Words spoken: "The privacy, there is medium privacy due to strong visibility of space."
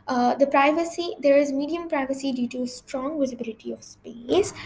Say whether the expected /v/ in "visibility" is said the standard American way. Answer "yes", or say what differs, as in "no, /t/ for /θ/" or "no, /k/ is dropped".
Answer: yes